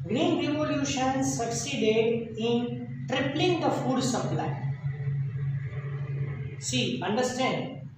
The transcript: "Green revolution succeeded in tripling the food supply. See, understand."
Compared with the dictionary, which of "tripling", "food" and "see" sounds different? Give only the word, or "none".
none